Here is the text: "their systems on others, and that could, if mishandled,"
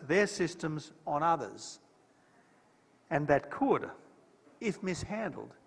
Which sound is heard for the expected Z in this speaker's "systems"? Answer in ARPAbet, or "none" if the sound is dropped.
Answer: Z